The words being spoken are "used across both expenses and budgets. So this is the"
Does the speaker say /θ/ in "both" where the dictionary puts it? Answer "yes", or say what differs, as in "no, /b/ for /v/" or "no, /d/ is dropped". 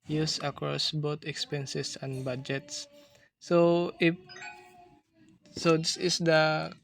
no, /t/ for /θ/